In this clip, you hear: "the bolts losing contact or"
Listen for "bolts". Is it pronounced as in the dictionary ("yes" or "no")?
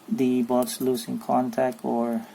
no